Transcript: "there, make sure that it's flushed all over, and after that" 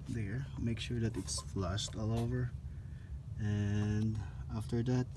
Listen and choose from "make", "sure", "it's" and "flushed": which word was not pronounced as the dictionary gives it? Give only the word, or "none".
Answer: flushed